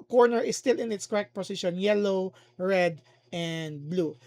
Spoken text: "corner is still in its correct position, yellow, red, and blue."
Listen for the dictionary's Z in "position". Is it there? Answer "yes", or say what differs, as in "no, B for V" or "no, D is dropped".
no, S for Z